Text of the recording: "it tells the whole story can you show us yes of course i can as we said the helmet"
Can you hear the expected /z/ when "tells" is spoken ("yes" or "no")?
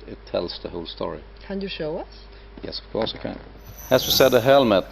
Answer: no